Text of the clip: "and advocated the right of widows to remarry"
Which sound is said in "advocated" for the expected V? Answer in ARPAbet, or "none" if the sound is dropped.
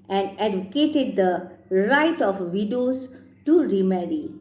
none